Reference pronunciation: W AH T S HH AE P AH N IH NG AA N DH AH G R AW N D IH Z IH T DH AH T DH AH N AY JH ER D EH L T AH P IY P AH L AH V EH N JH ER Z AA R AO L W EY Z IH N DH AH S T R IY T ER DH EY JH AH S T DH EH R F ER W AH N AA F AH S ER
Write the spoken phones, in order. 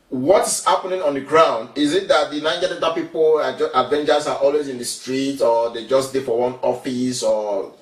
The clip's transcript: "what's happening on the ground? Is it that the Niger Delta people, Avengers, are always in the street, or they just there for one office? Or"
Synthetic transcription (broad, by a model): W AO T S HH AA P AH N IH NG AA N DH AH G R AW N D IH Z IH T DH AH T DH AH N AY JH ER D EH N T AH P IY P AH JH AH V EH N JH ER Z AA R AO L W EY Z IH N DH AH S T R IY T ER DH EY JH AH S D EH F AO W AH N AA F AH S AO